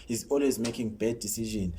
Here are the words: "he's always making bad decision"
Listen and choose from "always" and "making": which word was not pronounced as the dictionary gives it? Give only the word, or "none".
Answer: none